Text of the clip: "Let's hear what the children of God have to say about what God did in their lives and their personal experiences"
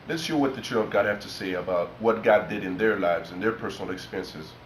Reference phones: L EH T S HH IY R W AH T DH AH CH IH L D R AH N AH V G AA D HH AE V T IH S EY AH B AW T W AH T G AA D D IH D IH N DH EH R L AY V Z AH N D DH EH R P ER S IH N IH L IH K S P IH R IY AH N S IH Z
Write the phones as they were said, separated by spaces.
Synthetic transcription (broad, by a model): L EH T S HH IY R W AH T DH AH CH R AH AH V G AA D HH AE F T IH S EY AH B AW T W AH T G AA D D IH D IH N DH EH R L AY V Z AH N DH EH R P ER S N L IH K S P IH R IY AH N S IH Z